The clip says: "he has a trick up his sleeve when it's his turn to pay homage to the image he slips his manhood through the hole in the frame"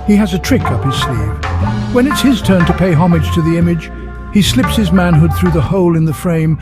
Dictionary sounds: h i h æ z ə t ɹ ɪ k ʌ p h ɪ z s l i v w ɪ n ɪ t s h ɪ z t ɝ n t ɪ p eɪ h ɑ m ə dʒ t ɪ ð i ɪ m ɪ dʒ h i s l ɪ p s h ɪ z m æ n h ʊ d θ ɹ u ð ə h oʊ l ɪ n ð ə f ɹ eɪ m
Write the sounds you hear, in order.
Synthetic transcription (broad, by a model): h i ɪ z ə t ɹ ɪ k ʌ p h ɪ z s l i v w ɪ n ɪ t s h ɪ z t ɝ n t ɪ p eɪ h ɑ m ə dʒ t ɪ ð i ɪ m ɪ dʒ h i s l ɪ p s h ɪ z m æ n h ʊ d θ ɹ u ð ə h oʊ l ɪ n ð ə f ɹ eɪ m